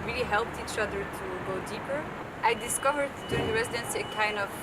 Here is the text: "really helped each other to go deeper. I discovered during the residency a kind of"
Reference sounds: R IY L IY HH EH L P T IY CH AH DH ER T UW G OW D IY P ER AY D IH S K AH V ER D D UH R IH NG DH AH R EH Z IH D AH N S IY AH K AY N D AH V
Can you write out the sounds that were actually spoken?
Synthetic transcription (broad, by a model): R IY L IY HH EH L P T IY CH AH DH ER T UW G OW D IY P ER AY D IH S K AH V ER D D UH R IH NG R EH Z IH D AH N S IY AH K AY N D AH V